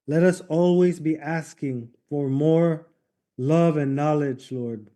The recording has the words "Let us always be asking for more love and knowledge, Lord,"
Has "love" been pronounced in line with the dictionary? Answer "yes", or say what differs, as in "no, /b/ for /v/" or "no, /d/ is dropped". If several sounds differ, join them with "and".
yes